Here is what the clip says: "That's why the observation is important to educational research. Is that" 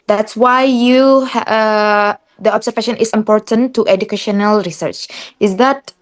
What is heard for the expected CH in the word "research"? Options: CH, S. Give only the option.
CH